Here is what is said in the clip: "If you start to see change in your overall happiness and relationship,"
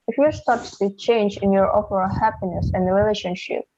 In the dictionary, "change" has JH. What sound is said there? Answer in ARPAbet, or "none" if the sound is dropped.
JH